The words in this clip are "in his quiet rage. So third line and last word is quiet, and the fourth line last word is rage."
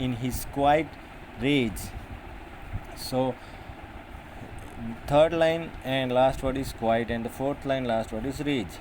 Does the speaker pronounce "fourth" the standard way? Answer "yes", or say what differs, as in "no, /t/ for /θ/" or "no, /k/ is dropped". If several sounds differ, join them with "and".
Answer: no, /t/ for /θ/